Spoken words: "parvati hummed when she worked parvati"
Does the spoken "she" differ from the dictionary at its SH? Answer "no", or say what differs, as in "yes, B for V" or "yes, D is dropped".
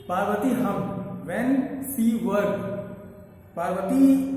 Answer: yes, S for SH